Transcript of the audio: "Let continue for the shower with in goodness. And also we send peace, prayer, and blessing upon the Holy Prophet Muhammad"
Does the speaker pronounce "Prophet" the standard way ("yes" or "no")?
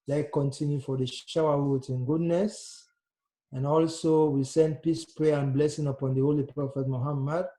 no